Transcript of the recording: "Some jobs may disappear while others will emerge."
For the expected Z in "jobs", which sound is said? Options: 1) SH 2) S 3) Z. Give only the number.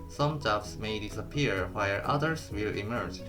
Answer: 2